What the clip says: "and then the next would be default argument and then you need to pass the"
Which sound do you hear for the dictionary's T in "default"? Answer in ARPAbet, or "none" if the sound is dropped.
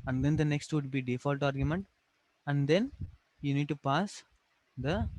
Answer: T